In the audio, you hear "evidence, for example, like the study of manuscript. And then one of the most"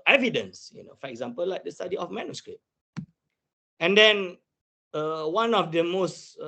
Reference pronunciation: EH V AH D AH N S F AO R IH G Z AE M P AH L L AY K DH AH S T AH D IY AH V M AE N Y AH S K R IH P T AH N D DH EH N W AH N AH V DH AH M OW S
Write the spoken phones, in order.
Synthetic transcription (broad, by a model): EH V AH D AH N S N AO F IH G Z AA M P AH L L AY K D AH S T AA D IY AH F M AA N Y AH S K R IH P AH N D EH N W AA N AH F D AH M OW S